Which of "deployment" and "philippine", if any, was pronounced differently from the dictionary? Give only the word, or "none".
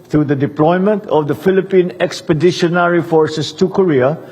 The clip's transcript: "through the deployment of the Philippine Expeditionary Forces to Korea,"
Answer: none